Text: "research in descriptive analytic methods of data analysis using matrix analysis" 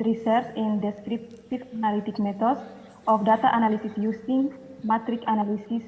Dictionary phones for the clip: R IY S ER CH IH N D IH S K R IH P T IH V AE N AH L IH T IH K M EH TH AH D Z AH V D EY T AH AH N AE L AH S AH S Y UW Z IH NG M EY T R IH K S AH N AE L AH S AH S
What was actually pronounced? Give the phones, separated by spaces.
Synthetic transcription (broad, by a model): R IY S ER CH IH N D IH S K R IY P T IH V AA N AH L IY T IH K M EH T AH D S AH F D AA T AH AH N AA L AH S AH S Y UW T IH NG M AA T R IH K AH N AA L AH S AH S